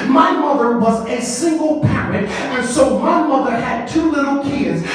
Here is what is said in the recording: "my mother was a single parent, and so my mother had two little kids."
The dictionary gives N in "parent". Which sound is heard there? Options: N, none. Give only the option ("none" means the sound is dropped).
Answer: none